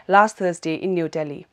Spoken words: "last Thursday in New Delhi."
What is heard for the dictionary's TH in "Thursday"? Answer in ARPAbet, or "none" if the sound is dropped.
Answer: T